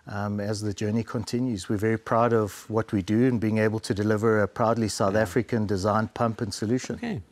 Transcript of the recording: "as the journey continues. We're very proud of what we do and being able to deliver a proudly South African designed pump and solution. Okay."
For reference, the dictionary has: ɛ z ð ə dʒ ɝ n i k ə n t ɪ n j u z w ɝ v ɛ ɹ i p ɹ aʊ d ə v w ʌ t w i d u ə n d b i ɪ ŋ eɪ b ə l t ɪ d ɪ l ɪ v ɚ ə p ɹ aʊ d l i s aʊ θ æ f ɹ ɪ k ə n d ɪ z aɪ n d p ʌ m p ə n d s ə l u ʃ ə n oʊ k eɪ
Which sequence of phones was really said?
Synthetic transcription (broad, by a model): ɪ z ð ə dʒ ɝ n i k ə n t ɪ n j u z w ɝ v ɛ ɹ i p ɹ aʊ d ə v w ʌ t w i d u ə n b i ɪ ŋ eɪ b ə l t ɪ d ɪ l ɪ v ɚ ə p ɹ aʊ d l i s aʊ θ æ f ɹ ɪ k ə n d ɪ z aɪ n p ʌ m p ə n s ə l u ʃ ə n